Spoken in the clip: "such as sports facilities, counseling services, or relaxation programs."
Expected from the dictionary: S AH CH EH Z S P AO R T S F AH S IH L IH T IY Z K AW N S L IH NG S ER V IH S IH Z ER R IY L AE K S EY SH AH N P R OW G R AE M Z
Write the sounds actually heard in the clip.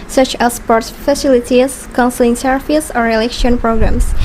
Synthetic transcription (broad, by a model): S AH CH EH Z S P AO R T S F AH S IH L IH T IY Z K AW N S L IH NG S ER IH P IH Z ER R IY L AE K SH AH N P R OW G R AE M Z